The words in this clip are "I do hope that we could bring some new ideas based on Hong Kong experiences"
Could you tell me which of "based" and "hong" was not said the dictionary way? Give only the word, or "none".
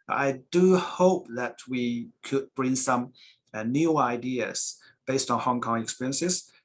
none